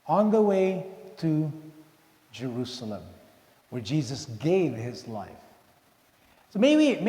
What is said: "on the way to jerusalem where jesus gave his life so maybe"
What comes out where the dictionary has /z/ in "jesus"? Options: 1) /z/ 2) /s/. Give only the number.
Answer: 1